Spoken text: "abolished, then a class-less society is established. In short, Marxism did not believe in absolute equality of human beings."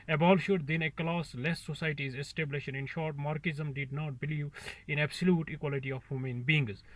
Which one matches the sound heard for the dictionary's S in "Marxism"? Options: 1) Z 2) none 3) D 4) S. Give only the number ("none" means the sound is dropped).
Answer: 2